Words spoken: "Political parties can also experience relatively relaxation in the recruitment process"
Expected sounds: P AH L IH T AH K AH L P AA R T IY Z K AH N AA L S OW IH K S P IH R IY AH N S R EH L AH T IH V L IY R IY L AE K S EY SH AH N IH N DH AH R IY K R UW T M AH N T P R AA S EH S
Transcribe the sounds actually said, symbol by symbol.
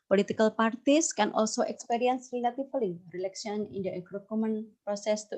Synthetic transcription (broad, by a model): P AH L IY T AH K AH L P AA R T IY S K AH N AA L S OW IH K S P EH R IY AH N S R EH L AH T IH F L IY R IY L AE K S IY AH N IH N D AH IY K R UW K M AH N P R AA S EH S